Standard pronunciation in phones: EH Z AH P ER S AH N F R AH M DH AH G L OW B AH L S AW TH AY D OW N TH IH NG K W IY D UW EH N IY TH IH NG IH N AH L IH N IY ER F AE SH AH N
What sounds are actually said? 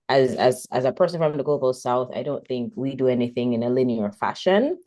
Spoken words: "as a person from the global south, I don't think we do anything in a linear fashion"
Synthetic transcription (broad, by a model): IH Z AH P ER S AH N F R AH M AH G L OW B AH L S AW TH AY D OW N TH IH NG K W IY D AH EH N IY TH IH NG IH N AH L IH N IY ER F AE SH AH N